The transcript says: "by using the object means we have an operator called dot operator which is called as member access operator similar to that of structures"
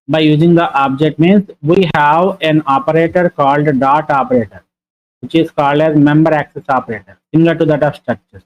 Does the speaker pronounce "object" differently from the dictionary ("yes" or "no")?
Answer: no